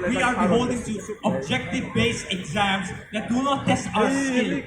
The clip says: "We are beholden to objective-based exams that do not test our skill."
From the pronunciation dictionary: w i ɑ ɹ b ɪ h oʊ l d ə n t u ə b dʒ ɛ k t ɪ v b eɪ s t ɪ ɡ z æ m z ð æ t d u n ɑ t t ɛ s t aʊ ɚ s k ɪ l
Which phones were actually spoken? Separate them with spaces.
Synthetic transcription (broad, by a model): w i ɑ ɹ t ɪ h oʊ l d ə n t u ə b dʒ ɛ k t ɪ v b eɪ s ɪ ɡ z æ m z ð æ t d u n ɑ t t ɛ s t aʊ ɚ s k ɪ l